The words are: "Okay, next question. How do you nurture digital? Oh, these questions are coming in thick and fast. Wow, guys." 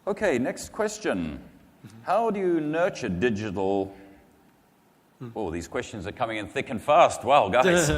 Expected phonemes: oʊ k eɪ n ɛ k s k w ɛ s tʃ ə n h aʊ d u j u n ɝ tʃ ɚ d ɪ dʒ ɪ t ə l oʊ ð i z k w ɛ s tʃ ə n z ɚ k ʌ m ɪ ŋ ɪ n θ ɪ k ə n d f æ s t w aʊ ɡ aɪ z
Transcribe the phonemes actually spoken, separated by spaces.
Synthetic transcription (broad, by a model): oʊ k eɪ n ɛ k s k w ɛ s tʃ ə n h aʊ d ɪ j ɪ n ɝ tʃ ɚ d ɪ dʒ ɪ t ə l ð i z k w ɛ s tʃ ə n z ɚ k ʌ m ɪ ŋ ɪ n θ ɪ k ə n f æ s t w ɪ ɡ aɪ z